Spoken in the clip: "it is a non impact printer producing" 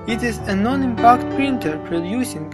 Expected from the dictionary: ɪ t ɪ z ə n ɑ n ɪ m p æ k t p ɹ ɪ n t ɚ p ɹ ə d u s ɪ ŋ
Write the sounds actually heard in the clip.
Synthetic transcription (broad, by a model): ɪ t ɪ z ə n ɑ n ɪ m p æ k t p ɹ ɪ n t ɚ p ɹ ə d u s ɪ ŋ